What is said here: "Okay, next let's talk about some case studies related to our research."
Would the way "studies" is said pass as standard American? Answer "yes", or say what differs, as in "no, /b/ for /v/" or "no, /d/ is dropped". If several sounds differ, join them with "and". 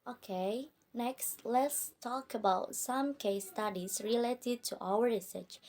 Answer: no, /s/ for /z/